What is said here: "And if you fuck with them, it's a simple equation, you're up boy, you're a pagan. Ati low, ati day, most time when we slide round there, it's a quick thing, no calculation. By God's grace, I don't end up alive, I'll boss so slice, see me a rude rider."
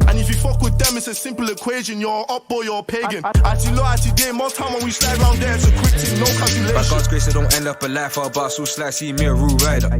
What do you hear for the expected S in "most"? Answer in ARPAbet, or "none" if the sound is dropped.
none